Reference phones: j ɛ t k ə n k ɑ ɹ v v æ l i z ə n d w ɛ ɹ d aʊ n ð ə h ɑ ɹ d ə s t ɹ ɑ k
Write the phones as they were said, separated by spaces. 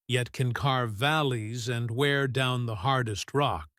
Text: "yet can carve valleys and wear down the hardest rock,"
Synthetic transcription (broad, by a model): j ɛ t k ə n k ɑ ɹ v v æ l i z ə n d w ɛ ɹ d aʊ n ð ə h ɑ ɹ d ə s t ɹ ɑ k